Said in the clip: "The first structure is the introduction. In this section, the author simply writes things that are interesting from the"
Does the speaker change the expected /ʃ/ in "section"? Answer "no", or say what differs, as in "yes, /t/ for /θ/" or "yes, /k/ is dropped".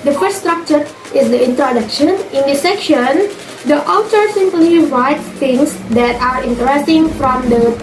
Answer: no